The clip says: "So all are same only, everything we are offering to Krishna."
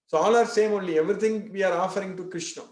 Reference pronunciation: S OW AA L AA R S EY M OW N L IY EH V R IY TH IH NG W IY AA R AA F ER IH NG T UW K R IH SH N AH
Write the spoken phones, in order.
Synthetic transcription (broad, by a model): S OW AA L AA R S EY M OW N L IY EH V R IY T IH NG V IY AA R AA F ER IH NG T UW K R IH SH N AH